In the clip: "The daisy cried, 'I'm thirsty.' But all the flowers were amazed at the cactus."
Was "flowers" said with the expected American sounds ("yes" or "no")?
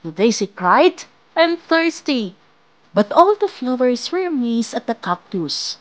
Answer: no